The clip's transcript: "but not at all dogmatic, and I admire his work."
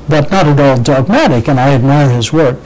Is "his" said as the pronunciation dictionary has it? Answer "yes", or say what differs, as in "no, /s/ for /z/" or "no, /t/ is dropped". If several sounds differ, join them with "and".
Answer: yes